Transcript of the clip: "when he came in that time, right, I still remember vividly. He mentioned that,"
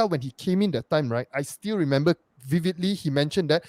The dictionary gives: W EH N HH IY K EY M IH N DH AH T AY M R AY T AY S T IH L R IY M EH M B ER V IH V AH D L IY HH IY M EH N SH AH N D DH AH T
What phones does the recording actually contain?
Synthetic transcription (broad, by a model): W EH N HH IY K EY M IH N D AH T AY M R AY T AY S T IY L R IY M EH M B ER V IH V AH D L IY HH IY M EH N SH AH N D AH T